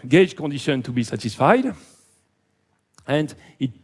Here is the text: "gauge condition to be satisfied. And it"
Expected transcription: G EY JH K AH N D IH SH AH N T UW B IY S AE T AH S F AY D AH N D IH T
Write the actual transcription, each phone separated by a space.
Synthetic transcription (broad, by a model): G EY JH K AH N D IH SH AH N T UW B IY S AE T AH S F AY D AH N D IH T